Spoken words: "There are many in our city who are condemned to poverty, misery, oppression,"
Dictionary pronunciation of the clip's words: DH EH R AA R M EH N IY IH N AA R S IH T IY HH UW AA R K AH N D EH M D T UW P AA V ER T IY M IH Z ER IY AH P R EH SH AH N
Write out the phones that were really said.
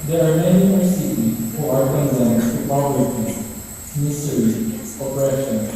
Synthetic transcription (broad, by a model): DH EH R AA R M EH N IY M AA R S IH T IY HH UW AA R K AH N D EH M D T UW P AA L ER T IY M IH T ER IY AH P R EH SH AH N